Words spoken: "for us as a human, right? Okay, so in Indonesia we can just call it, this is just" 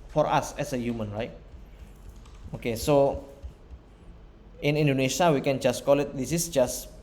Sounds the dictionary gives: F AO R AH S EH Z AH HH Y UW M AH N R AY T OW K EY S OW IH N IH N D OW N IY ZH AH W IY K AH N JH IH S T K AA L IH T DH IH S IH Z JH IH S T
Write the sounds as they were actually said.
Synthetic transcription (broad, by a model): F AO R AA S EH S AH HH Y UW M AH N R AY T OW K EY S OW IH N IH N D OW N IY SH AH W IY K AH N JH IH S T K AA L IH T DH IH S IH S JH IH S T